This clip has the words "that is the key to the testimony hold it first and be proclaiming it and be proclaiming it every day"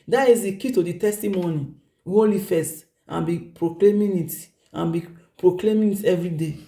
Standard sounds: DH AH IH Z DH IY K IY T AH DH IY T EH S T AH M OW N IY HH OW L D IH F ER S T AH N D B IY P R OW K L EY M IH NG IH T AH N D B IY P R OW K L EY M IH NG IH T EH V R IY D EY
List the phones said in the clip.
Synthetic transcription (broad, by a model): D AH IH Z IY K IY T AH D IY T EH S T AH M OW N IY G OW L IH F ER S T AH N B IY P R OW K L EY M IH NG IH T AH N B IY P R OW K L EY M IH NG IH T EH V R IY D EY